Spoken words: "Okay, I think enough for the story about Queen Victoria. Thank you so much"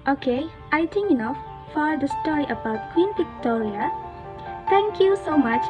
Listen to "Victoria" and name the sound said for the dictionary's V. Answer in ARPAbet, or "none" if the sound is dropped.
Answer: P